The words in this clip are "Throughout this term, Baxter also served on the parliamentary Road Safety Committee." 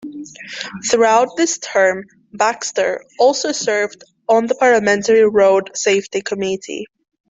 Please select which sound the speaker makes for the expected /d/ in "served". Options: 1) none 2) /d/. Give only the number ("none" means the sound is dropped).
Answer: 2